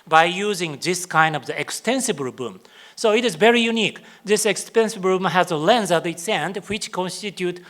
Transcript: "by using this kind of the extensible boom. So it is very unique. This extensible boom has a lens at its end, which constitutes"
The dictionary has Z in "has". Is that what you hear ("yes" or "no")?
yes